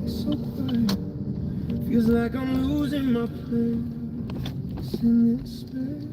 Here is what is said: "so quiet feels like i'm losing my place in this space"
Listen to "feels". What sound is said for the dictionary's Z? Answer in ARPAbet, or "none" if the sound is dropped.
Z